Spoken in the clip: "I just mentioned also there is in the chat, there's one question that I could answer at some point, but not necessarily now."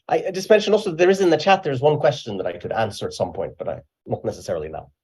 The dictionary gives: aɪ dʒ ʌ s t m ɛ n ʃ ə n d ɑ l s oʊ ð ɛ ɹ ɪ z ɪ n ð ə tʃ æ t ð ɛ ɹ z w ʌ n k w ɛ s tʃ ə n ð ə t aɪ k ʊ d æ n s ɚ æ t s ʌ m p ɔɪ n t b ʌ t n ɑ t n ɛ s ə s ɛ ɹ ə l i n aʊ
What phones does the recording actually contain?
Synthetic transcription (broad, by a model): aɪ dʒ ʌ s t m ɛ n ʃ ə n ɑ l s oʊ ð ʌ ɹ ɪ z ɪ n ð ə tʃ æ t ð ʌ ɹ z w ʌ n k w ɛ s tʃ ə n ð ə t aɪ k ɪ d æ n s ɚ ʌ t s ʌ m p ɔɪ n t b ʌ t n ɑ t n ɛ s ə s ɛ ɹ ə l i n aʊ